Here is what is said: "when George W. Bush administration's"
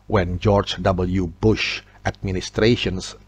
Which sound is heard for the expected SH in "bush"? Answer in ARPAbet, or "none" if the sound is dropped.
SH